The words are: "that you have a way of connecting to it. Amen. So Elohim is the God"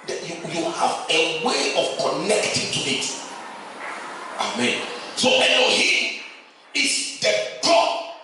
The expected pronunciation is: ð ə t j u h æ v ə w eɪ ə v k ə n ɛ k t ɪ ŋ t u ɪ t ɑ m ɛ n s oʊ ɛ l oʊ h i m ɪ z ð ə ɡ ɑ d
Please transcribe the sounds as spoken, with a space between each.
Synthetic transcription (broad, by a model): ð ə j j u h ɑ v ə w eɪ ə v k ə n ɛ k t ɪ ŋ t u ɪ t ɑ m ɛ n s oʊ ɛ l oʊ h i ɪ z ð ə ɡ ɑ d